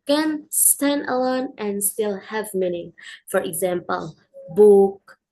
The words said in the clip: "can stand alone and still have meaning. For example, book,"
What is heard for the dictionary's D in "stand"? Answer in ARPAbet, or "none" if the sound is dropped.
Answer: D